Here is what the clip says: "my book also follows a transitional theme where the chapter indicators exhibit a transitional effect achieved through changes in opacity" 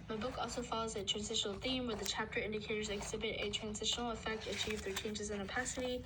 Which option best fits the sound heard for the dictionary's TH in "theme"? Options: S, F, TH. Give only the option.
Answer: TH